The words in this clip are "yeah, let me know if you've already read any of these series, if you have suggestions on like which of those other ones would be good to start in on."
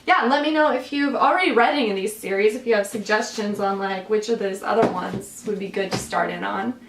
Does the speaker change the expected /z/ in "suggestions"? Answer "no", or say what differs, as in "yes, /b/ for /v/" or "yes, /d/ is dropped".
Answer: no